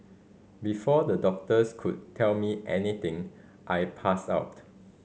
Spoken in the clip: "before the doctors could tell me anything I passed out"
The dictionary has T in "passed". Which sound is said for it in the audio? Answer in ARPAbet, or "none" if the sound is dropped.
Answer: none